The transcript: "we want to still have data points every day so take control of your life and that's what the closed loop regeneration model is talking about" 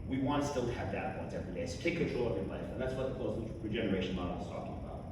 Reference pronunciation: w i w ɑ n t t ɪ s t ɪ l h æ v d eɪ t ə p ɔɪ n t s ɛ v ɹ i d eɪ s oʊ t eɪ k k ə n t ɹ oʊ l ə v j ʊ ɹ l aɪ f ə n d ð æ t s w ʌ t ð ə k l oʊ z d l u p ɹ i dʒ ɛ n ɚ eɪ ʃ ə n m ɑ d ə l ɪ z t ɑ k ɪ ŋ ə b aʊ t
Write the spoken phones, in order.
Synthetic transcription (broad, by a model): w i w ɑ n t t ɪ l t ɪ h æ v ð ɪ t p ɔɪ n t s ɛ v ɹ i d eɪ s oʊ t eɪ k k ə n t ɹ oʊ l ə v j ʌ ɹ l aɪ f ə n ð æ t s w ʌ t ð ə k oʊ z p ɹ i dʒ ɛ n ɚ eɪ ʃ ə n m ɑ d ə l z t ɑ k ɪ ŋ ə b aʊ t